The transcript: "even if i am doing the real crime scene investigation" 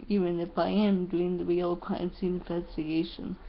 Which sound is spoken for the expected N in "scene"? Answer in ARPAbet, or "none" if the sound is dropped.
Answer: none